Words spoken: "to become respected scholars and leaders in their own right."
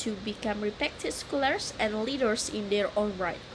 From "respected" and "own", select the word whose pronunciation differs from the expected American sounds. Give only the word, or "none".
respected